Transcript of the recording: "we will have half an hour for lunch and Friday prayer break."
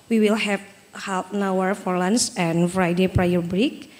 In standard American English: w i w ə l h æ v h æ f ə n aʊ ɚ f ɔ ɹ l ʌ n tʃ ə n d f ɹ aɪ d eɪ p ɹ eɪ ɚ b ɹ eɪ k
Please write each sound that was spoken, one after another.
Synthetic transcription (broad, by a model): w i w ə l h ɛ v h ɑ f n aʊ ɚ f ɔ ɹ l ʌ n s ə n f ɹ aɪ d eɪ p ɹ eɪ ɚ b ɹ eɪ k